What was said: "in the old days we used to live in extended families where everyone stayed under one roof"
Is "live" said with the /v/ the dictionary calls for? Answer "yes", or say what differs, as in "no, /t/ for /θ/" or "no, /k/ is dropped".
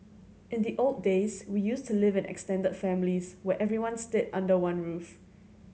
yes